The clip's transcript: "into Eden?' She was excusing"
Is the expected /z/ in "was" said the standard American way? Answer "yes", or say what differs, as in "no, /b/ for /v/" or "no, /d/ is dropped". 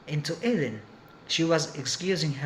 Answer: yes